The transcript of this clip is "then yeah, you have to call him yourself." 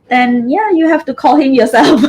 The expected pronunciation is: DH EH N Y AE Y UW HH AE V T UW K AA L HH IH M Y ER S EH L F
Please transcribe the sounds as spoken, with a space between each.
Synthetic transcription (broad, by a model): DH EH N Y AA Y UW HH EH F T UW K AA L HH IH M Y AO S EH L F